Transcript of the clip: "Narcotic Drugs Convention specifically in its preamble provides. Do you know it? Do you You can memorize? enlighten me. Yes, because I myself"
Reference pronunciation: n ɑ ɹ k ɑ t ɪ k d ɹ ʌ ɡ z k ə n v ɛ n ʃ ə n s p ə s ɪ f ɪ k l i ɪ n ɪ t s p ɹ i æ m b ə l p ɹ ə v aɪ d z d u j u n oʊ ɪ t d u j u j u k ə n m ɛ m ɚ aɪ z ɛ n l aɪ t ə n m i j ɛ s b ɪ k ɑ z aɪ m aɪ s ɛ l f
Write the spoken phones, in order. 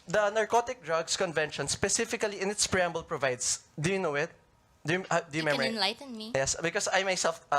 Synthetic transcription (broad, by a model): n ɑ ɹ k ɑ t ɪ k d ɹ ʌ ɡ s k ə n v ɛ n ʃ ə n s p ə s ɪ f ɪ k l i ɪ n ɪ t s p ɹ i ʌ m b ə l p ɹ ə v aɪ d s d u j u n oʊ ɪ t d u j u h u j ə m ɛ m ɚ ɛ n l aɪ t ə n m i j ɛ s b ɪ k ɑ s aɪ m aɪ s ɛ l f